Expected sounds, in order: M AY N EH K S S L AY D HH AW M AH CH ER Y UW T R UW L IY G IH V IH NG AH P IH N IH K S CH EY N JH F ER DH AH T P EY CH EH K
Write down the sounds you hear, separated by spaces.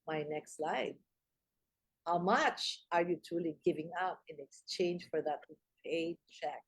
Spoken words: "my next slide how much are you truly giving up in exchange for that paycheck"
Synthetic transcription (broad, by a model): M AY N EH K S S L AY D HH AW M AH CH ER Y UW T UW L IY G IH V IH NG AH P IH N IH K S CH EY N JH F ER DH AH T P EY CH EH K